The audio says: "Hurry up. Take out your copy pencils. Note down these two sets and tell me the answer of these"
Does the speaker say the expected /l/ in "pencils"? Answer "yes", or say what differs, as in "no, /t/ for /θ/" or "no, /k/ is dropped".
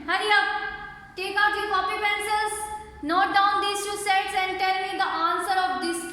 no, /l/ is dropped